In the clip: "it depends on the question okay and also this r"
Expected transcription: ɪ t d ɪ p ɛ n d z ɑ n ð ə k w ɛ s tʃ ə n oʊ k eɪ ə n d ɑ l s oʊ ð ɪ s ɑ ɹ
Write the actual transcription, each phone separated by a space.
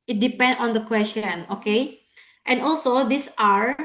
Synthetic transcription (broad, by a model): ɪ t d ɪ p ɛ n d ɑ n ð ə k w ɛ s tʃ ə n oʊ k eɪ ə n d ɑ l s oʊ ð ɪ s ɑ ɹ